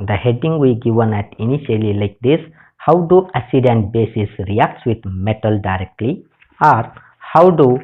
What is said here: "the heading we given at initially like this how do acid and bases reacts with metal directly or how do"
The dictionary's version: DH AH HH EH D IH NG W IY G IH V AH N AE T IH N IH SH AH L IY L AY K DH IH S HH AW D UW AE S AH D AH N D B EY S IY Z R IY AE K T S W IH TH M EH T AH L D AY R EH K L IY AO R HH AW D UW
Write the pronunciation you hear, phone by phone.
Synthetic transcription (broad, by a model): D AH HH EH D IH NG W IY G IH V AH N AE T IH N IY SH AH L IY L AY K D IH S HH AW D UW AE S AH D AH N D B EY S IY S R IY AE K T S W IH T M EH T AH L D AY R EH K L IY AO R HH AW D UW